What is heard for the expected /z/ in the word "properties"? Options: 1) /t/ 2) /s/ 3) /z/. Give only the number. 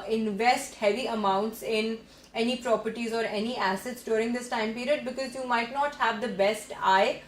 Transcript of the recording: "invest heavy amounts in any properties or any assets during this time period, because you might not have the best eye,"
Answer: 3